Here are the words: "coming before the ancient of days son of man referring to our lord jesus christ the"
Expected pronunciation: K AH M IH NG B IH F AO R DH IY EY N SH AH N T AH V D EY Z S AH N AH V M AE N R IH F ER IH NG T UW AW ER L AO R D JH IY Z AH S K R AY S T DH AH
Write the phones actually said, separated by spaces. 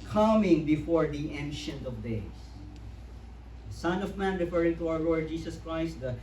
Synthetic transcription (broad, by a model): K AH M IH NG B IH F AO R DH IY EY N SH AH N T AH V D EY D S AH N AH V M AE N R IH F ER IH NG T UW AW ER L AO R D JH IY S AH S K R AY S T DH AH